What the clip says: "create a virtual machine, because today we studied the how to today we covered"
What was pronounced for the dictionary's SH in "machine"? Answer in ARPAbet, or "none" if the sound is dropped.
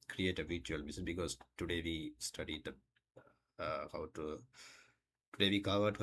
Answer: S